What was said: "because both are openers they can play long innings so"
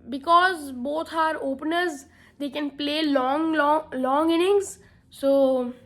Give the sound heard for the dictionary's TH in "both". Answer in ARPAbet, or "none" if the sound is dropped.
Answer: T